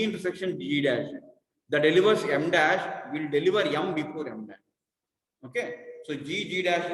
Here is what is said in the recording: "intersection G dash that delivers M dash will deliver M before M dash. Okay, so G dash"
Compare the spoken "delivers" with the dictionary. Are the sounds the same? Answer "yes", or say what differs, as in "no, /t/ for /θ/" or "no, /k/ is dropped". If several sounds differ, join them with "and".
no, /s/ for /z/